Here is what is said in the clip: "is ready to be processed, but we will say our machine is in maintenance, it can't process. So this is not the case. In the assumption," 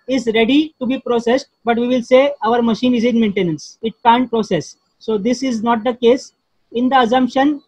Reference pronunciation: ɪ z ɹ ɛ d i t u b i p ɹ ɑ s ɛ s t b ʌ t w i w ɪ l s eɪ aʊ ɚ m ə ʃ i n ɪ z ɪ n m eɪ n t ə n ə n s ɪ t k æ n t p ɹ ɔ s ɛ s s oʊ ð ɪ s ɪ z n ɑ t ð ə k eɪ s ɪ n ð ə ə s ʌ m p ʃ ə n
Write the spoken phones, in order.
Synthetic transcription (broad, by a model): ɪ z ɹ ɛ d i t u b i p ɹ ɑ s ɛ s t b ʌ t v i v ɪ l s eɪ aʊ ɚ m ə ʃ i n ɪ z ɪ n m eɪ n t ə n ə n s ɪ t k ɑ n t p ɹ ɔ s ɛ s s oʊ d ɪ s ɪ z n ɑ t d ə k eɪ s ɪ n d ə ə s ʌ m p ʃ ə n